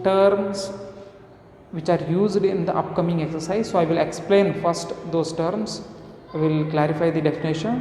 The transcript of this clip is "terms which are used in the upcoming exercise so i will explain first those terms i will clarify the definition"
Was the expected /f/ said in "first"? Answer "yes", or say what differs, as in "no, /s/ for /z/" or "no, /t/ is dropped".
yes